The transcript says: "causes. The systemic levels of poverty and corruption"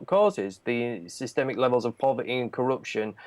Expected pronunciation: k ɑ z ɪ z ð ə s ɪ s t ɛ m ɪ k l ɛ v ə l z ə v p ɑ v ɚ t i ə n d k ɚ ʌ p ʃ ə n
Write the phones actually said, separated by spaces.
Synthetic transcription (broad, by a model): k ɑ z ɪ z ð ə s ɪ s t ɛ m ɪ k l ɛ v ə l z ə v p ɑ v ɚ t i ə n k ɚ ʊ p ʃ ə n